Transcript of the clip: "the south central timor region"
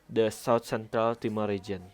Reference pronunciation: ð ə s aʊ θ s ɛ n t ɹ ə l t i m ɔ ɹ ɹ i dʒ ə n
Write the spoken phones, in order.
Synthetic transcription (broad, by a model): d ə s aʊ t s ɛ n t ɹ ə l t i m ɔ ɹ ɹ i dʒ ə n